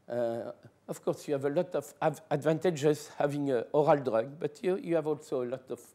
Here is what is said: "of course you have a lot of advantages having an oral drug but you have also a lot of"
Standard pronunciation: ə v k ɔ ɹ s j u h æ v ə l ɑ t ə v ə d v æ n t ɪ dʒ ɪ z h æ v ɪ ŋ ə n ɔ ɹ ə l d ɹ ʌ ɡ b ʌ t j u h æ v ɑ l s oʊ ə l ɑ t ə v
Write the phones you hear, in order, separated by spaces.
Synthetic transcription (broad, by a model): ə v k ɔ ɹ s j u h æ v ə l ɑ t ə v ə d v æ n t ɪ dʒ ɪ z h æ v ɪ ŋ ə ɔ ɹ ə l d ɹ ʌ ɡ b ʌ t j u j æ v ɑ l s oʊ ə l ɑ t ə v